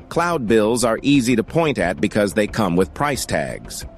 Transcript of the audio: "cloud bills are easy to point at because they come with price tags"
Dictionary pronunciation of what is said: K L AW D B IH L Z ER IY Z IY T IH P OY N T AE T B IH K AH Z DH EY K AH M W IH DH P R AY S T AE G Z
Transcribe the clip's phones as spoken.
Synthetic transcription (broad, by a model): K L AW D B IH L Z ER IY Z IY T IH P OY N T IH T B IH K AH Z DH EY K AH M W IH DH P R AY S T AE G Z